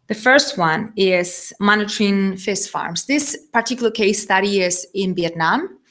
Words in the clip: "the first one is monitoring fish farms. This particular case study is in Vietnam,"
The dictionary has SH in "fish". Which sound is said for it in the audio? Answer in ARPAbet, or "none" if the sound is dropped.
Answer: S